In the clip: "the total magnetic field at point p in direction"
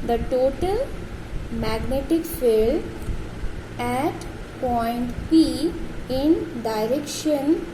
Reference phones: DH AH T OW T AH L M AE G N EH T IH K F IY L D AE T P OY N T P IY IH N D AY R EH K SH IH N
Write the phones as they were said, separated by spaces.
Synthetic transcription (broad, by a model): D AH T OW T AH L M AE G N EH T IH K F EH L AE T P OY N T P IY IH N D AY R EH K SH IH N